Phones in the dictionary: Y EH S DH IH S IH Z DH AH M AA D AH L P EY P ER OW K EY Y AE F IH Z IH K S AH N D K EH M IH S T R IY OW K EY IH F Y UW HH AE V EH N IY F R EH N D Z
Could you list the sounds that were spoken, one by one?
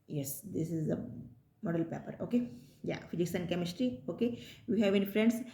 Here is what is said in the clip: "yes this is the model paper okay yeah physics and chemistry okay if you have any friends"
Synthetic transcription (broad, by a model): Y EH S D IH S IH Z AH M AA D AH L P EY P ER OW K EY Y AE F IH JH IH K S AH N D K EH M IH S T R IY OW K EY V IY HH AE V EH N IY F R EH N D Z